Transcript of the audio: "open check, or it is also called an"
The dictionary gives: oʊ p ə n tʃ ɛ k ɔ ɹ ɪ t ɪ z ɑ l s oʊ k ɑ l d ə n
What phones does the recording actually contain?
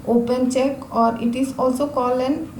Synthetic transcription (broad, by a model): oʊ p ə n tʃ ɛ k ɔ ɹ ɪ t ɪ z ɑ l s oʊ k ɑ l ə n